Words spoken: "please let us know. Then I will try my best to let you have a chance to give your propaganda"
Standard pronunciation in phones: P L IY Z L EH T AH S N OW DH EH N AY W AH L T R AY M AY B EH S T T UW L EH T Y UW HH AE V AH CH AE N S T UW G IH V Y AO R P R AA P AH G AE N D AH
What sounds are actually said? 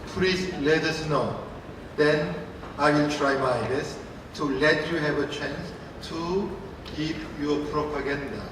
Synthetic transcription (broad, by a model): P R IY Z L EH T AH S N OW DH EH N AY W AH L T R AY M AY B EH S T T UW L EH T Y UW HH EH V AH CH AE N S T UW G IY P Y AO P R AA P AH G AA N D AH